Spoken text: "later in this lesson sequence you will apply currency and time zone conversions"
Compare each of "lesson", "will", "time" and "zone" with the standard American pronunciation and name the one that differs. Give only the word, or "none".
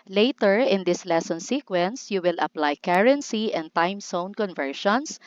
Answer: zone